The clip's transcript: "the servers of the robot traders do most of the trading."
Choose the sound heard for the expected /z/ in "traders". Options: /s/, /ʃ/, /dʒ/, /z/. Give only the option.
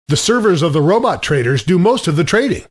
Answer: /z/